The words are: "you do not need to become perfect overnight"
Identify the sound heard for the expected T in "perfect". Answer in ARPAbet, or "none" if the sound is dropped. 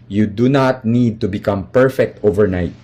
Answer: T